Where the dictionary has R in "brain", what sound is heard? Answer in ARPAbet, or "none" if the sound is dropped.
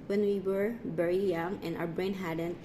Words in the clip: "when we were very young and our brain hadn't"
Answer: R